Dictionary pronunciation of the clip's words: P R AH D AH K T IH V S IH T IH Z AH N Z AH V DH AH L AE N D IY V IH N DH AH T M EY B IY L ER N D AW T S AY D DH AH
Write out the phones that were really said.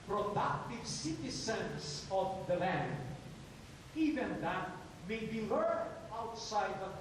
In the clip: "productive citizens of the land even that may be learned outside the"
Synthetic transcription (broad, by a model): P R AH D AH K T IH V S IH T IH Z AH N S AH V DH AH L AE N D IY V IH N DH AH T M EY B IY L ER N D AW T S AY D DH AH